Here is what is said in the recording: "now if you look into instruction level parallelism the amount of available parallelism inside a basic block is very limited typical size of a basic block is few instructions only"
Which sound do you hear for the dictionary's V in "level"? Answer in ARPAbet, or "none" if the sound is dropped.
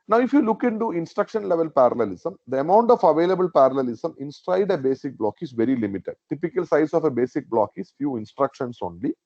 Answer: V